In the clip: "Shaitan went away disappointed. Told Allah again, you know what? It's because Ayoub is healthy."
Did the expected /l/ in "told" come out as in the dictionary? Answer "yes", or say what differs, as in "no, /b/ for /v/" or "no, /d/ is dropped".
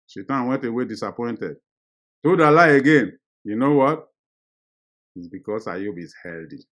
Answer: no, /l/ is dropped